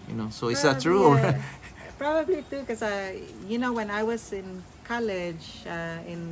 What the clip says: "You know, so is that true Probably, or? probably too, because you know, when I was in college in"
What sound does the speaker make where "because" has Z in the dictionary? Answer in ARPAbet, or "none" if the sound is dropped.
none